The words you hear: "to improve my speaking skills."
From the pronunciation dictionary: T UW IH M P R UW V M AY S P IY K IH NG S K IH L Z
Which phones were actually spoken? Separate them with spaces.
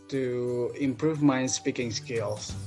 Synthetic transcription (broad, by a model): T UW IH M P R UW V M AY S P IY K IH NG S K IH L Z